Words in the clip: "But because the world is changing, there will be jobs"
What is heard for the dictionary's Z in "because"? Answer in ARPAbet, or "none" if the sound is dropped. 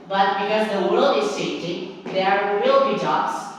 Z